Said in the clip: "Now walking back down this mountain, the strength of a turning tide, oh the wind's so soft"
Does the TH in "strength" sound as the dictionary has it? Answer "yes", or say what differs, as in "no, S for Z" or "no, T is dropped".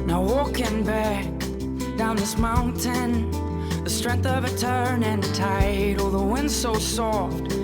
yes